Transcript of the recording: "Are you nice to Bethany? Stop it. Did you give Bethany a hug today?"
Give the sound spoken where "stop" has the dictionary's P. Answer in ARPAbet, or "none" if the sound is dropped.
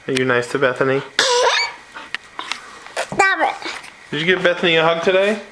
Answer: B